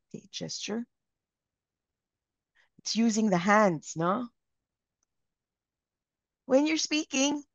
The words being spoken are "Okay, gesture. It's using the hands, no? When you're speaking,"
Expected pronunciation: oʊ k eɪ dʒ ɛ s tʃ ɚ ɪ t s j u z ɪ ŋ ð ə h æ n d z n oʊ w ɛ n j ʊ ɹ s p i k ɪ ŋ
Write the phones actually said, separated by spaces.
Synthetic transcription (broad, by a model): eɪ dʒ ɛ s tʃ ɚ ɪ t s j u z ɪ ŋ ð ə h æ n d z n oʊ w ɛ n j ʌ ɹ s p i k ɪ ŋ